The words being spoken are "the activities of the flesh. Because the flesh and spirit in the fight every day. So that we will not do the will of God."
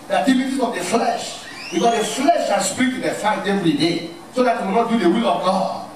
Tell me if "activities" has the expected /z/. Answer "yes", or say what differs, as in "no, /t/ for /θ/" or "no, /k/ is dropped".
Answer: no, /z/ is dropped